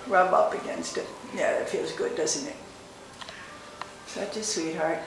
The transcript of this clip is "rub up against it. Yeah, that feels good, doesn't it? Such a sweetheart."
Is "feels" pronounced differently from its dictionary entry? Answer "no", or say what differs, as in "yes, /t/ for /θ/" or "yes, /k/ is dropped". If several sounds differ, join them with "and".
no